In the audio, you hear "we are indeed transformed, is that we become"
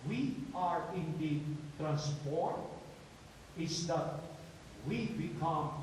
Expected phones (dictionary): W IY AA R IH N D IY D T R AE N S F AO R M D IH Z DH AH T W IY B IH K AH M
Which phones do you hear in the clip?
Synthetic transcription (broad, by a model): W IY AA R IH N D IY D T R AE N S P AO R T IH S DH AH T W IY B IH K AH M